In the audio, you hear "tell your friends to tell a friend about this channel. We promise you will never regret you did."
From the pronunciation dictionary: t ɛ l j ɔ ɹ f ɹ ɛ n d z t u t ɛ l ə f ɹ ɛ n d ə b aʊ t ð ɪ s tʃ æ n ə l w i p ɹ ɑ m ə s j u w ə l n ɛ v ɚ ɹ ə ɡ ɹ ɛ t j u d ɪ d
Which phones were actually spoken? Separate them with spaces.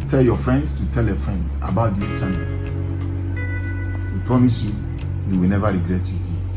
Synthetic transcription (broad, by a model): t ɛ l j ɔ f ɹ ɛ n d s t u t ɛ l ə f ɹ ɛ n d ə b aʊ t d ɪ s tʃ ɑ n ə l w i p ɹ ɑ m ə s j u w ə w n ɛ v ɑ ɹ ə ɡ ɹ ɛ t j u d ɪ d